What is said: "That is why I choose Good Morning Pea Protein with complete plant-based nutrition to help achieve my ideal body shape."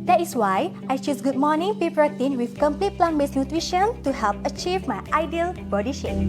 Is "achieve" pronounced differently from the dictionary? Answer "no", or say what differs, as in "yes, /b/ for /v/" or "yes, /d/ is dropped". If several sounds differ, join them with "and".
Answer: no